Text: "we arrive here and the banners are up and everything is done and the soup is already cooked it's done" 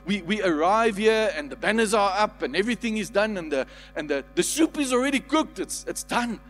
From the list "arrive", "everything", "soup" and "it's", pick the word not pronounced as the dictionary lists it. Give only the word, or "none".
none